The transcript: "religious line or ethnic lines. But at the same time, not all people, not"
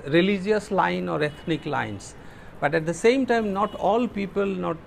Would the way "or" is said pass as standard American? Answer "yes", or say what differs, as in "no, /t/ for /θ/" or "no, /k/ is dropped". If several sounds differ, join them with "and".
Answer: yes